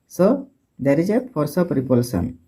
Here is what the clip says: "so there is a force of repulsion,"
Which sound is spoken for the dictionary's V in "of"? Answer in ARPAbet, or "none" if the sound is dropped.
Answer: P